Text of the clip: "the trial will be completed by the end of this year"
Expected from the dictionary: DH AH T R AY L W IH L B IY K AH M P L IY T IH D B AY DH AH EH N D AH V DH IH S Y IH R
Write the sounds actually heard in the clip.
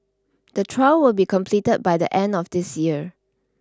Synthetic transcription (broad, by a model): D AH T R AY L W IH L B IY K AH M P L IY T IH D B AY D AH EH N D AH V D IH S Y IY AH